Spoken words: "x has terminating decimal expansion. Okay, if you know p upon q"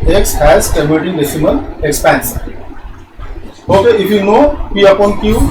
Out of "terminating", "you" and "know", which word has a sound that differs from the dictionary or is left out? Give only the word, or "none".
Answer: terminating